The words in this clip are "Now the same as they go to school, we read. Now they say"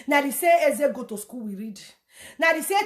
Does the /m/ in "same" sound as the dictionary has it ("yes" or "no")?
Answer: no